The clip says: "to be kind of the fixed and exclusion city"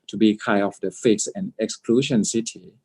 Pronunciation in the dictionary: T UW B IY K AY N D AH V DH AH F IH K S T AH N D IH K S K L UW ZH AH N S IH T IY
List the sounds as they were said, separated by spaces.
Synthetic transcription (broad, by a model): T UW B IY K AY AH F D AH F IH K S AH N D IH K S K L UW SH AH N S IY T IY